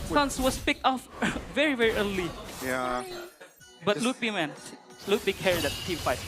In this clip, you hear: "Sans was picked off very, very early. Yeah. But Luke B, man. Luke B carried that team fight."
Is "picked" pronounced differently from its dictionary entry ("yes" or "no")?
no